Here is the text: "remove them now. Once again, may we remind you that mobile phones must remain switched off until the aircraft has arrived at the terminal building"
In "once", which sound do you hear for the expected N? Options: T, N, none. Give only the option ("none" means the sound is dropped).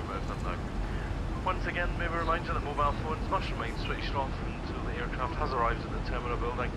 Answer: N